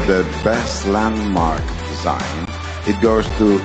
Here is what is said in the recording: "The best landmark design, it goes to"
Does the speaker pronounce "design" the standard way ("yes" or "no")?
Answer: yes